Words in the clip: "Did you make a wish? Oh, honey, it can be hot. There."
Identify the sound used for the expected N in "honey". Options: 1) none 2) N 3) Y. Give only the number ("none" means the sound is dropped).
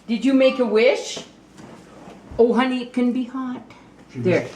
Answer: 2